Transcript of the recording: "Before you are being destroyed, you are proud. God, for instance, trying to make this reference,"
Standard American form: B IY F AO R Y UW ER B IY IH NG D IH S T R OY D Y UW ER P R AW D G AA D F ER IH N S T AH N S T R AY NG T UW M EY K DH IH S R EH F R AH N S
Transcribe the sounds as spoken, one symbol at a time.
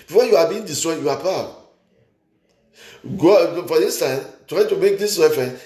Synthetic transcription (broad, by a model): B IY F AO Y UW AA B IY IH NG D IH S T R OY Y UW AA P AW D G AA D F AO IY N S T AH N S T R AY T UW M EY K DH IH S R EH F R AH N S